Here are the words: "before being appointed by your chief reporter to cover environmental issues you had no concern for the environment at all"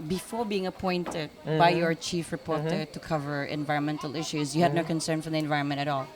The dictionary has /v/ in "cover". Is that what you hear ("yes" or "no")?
yes